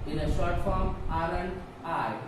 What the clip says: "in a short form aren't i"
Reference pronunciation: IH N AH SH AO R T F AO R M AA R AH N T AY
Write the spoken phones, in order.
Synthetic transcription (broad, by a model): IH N AH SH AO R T F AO M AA L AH N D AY